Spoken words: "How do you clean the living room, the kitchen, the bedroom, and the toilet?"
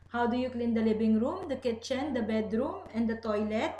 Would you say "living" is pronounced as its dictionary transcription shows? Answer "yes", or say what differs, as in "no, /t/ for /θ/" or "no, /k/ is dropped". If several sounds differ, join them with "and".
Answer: no, /b/ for /v/